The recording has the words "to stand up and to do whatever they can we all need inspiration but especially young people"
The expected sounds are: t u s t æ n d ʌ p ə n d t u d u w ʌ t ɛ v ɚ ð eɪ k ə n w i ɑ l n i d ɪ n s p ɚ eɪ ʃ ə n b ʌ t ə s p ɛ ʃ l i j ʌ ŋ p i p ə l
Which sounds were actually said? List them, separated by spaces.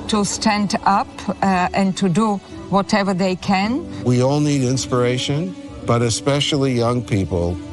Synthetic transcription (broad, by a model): t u s t æ n d ʌ p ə n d t u d u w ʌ t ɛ v ɚ ð eɪ k ə n w i ɑ l n i d ɪ n s p ɚ eɪ ʃ ə n b ʌ t ə s p ɛ ʃ l i j ʌ ŋ p i p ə l